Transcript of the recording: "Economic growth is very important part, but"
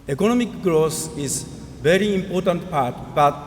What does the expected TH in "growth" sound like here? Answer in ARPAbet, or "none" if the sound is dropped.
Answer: S